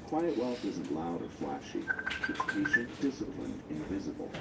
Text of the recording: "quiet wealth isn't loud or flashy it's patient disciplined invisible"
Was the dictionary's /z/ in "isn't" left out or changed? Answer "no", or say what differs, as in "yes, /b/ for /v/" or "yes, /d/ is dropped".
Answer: no